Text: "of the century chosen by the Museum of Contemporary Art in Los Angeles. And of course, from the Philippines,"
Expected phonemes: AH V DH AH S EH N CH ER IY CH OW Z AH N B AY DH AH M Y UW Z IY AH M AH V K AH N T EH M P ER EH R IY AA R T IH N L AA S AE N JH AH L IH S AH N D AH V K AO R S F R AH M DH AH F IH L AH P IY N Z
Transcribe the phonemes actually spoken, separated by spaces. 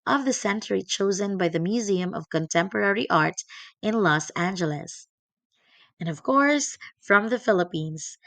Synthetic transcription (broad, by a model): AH V DH AH S EH N CH ER IY CH OW Z AH N B AY DH AH M Y UW Z IY AH M AH V K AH N T EH M P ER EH R IY AA R T IH N L AA S AE N JH AH L IH S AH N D AH V K AO R S F R AH M DH AH F IH L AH P IY N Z